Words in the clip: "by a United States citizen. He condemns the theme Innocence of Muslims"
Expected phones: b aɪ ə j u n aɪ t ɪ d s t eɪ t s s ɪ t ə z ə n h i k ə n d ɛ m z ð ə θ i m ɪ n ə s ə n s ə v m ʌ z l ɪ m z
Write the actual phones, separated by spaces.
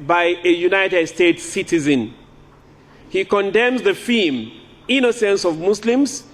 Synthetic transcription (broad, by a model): b aɪ ə j u n aɪ t ɪ d s t eɪ t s s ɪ t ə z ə n h i k ə n d ɛ m z ð ə f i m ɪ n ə s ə n s ə v m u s l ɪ m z